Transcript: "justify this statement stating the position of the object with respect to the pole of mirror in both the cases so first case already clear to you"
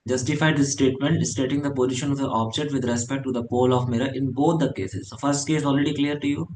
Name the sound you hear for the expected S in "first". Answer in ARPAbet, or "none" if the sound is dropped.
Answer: S